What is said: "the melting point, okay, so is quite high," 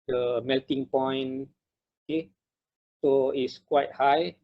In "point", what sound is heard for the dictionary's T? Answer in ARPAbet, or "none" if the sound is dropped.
none